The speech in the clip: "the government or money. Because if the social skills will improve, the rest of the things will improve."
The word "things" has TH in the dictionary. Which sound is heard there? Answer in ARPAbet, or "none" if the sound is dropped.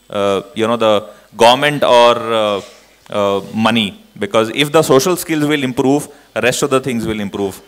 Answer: T